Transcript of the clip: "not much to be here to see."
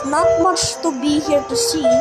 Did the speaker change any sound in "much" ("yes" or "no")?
yes